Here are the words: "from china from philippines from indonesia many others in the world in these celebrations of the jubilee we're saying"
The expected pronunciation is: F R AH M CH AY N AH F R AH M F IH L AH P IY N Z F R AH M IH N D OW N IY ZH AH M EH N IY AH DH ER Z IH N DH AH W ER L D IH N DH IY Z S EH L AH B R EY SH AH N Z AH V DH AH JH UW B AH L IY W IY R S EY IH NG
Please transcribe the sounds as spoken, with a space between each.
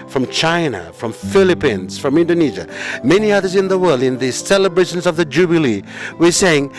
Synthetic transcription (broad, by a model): F R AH M CH AY N AH F R AH M F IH L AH P IY N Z F R AH M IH N D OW N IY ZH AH M EH N IY AH DH ER Z IH N DH AH W ER L D IH N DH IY S EH L AH B R EY SH AH N Z AH V DH AH JH UW B AH L IY W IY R S EY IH NG